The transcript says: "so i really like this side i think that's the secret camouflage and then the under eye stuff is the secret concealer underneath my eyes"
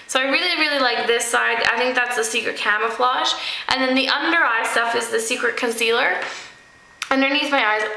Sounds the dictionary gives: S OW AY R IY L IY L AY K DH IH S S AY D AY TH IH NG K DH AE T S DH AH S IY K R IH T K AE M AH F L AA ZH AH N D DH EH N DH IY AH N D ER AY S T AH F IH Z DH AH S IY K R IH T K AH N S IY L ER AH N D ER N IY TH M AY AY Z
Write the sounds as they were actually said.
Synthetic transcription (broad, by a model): S OW AY R IY L IY L AY K DH IH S S AY D AY TH IH NG K DH AE T S DH AH S IY K R IH T K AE M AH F L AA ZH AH N DH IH N DH IY AH N D ER AY S T AH F IH Z DH AH S IY K R IH T K AH N S IY L ER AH N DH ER N IY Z M AY AY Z